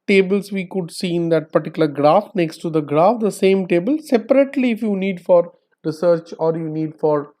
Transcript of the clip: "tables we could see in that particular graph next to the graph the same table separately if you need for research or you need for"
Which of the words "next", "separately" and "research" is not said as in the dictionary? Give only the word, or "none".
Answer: none